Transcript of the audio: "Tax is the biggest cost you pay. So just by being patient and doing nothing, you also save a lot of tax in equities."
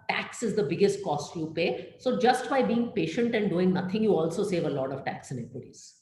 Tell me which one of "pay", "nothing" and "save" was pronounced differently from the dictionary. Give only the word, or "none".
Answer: nothing